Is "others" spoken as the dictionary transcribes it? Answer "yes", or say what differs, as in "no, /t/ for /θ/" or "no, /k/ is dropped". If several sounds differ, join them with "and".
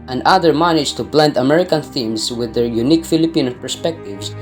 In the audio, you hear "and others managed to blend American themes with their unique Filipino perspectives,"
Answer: no, /z/ is dropped